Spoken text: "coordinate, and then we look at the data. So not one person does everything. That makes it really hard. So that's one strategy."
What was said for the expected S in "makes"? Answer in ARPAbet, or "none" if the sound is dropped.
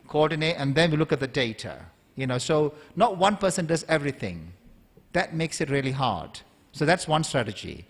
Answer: S